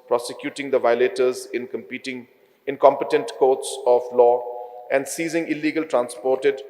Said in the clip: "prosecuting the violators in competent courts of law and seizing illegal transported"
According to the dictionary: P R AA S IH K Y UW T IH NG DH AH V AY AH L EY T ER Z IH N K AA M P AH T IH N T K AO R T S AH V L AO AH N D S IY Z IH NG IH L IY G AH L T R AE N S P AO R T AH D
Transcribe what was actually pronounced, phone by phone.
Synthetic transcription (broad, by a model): P R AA S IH K Y UW T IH NG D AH V AY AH L EY T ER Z IH N K AA M P AH T IH N T K AO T S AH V L AO AH N D S IY Z IH NG IH L IY G AH L T R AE N S P AO R T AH D